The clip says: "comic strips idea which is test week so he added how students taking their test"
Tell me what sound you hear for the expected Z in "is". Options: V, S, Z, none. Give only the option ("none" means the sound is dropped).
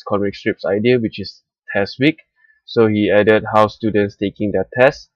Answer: S